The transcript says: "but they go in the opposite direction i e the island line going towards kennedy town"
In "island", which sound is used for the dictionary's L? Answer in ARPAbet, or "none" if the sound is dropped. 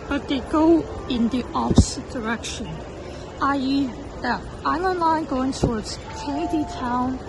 N